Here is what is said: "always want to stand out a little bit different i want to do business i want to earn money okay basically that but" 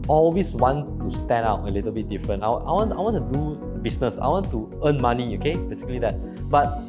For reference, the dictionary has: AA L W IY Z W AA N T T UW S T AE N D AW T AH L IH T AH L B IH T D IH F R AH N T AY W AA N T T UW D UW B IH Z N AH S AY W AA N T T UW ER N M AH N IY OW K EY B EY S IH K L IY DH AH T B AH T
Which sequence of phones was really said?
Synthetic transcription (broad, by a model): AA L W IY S W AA N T T UW S T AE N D AW T AH L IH T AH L B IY T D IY F R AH N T AY W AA N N T UW D UW B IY S N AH S AY W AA N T T UW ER N M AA N IY OW K EY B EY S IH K L IY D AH T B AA T